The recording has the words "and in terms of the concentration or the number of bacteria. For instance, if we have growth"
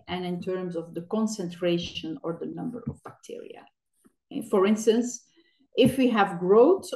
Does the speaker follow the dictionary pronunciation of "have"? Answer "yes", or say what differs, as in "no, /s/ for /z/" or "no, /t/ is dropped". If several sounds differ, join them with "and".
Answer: yes